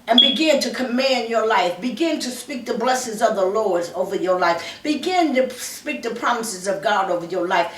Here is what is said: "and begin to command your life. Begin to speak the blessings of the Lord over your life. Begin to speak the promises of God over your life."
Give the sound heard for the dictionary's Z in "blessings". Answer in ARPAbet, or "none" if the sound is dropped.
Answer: Z